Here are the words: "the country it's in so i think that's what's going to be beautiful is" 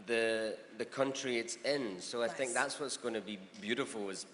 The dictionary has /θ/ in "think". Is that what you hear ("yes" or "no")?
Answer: yes